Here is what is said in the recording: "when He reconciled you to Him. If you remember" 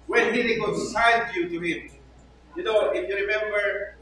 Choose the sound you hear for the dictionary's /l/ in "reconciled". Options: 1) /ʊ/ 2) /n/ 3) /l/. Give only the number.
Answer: 2